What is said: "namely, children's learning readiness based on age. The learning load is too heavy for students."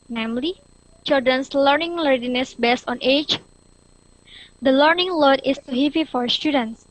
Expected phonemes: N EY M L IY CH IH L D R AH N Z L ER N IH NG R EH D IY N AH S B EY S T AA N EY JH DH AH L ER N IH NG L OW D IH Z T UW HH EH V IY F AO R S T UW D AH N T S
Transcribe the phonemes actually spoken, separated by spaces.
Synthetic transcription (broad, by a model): N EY M L IY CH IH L D R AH N S L ER N IH NG L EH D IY N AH S B EY S T AA N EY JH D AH L ER N IH NG L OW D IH S T UW HH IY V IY F AO R S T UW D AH N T S